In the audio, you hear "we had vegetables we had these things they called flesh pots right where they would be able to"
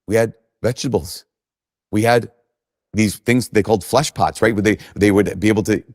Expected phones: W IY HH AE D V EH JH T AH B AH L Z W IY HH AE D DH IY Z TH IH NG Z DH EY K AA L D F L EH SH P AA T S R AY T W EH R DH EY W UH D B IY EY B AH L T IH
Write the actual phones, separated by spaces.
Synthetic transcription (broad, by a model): W IY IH D V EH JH T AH B L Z W IY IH D DH IY Z TH IH NG Z DH EY K AA L D F L EH SH P AA T S R AY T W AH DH DH EY W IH D B IY EY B L T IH